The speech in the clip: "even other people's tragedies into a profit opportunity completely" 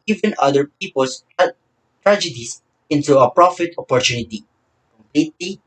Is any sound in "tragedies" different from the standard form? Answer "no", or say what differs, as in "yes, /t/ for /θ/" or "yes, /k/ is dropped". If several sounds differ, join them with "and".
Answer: yes, /s/ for /z/